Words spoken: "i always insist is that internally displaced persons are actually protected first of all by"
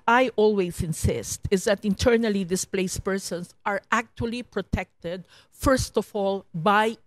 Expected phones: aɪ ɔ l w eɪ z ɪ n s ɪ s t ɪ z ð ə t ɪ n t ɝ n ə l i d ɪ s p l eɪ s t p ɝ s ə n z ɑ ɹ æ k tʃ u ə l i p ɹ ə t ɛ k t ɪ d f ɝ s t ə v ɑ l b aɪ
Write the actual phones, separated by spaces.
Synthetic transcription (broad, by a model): aɪ ɔ l w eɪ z ɪ n s ɪ s t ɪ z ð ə t ɪ n t ɝ n ə l i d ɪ s p l eɪ s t p ɝ s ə n s ɑ ɹ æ k tʃ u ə l i p ɹ ə t ɛ k t ɪ d f ɝ s t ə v ɑ l b aɪ